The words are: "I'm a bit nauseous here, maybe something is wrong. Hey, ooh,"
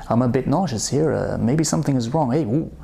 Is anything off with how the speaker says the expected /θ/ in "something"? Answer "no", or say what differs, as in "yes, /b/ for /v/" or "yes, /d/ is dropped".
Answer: no